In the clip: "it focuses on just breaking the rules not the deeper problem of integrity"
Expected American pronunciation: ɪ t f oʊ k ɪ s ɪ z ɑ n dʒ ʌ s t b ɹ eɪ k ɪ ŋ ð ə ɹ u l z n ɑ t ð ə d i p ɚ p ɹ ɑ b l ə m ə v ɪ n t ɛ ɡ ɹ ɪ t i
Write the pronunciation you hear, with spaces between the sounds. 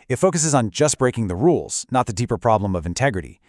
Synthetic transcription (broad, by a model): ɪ t f oʊ k ɪ s ɪ z n dʒ ʌ s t b ɹ eɪ k ɪ ŋ ð ə ɹ u l z n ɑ t ð ə d i p ɚ p ɹ ɑ b l ə m ə v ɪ n t ɛ ɡ ɹ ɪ t i